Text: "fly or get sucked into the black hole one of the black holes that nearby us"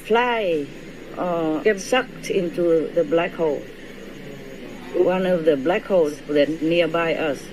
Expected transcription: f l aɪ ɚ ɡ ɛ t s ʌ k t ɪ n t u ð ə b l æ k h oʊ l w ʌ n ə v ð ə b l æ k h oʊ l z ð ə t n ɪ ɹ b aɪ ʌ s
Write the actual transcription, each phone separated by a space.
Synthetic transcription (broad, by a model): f l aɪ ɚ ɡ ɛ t s ʌ k t ɪ n t u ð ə b l æ k h oʊ l w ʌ n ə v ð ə b l æ k h oʊ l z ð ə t n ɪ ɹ b aɪ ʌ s